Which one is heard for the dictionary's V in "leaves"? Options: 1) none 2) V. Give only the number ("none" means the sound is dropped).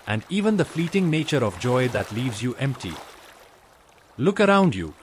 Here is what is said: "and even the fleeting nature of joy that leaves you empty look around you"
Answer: 2